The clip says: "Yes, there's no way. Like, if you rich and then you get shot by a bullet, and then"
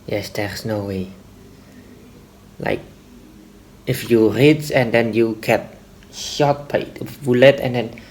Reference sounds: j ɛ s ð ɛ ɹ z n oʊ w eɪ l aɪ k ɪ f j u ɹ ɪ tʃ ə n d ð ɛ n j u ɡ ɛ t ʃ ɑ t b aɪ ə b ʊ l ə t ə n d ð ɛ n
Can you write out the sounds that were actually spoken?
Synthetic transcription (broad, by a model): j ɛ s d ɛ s n oʊ w eɪ l aɪ k ɪ f j u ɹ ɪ s ə n d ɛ n j u ɡ ɛ t ʃ ɑ t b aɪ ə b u l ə t ə n d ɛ n